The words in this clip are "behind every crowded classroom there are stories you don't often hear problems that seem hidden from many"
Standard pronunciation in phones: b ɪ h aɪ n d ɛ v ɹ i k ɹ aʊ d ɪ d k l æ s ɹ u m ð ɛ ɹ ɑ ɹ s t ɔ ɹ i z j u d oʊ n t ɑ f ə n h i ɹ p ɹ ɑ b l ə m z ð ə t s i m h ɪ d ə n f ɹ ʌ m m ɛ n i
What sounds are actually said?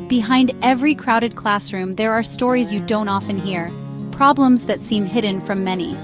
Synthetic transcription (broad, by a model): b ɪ h aɪ n d ɛ v ɹ i k ɹ aʊ d ɪ d k l æ s ɹ u m ð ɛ ɹ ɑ ɹ s t ɔ ɹ i z j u d oʊ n t ɑ f ə n h i ɹ p ɹ ɑ b l ə m z ð ə t s i m h ɪ d n f ɹ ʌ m m ɛ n i